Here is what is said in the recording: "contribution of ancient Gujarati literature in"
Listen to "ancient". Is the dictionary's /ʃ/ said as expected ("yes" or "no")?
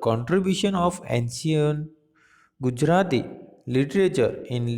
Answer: no